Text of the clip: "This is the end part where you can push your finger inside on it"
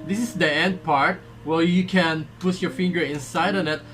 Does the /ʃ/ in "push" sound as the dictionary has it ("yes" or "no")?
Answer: no